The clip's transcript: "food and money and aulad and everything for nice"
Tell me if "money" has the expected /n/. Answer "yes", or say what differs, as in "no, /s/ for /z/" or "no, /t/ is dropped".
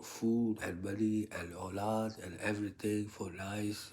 no, /l/ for /n/